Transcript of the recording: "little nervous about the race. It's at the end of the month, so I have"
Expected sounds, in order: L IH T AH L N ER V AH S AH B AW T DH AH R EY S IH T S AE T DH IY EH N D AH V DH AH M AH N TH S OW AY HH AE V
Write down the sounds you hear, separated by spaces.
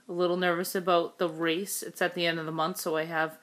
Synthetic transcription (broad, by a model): L IH T L N ER V AH S AH B AW T DH AH R EY S IH T S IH T DH IY EH N D AH V DH AH M AH N TH S OW AY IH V